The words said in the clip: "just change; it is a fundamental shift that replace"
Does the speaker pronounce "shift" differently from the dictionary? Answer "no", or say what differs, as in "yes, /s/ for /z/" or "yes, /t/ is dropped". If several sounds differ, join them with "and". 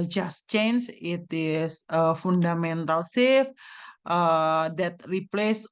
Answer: yes, /s/ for /ʃ/